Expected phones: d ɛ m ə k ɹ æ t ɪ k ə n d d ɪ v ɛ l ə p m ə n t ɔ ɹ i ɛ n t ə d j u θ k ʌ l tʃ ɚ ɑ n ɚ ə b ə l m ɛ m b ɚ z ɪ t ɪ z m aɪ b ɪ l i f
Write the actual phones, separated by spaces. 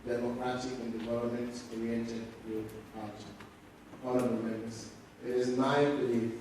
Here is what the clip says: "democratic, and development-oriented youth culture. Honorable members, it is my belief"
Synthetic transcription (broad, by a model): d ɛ m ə k ɹ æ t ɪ k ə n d d ɪ v ɛ l ə p m ə n t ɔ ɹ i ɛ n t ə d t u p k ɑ tʃ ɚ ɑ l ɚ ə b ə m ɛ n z ɪ t ɪ z m aɪ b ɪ l i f